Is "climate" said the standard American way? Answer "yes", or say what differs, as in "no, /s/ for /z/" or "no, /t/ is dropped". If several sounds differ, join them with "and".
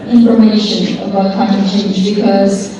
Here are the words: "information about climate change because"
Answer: no, /l/ is dropped